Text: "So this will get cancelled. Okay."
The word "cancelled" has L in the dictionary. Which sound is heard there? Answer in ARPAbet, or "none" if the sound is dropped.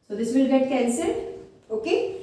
none